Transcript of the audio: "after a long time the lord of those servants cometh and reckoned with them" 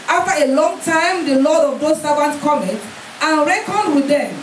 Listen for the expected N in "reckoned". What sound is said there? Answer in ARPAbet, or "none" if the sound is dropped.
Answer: N